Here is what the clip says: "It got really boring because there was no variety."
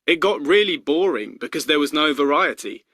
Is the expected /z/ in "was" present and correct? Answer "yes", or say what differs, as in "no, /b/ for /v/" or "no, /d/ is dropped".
yes